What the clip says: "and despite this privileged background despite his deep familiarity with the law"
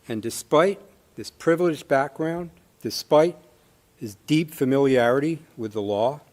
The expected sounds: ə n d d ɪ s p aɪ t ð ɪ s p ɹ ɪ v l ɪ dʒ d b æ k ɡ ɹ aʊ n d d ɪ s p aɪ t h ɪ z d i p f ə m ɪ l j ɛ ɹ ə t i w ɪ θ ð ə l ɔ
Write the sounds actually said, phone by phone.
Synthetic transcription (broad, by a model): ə n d d ɪ s p aɪ t ð ɪ s p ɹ ɪ v l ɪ dʒ b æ k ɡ ɹ aʊ n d d ɪ s p aɪ t h ɪ z d i p f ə m ɪ l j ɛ ɹ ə t i w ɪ ð ə l ɔ